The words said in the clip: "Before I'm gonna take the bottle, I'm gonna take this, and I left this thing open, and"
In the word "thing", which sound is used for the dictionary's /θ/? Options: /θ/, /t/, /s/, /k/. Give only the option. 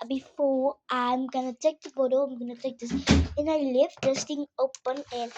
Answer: /t/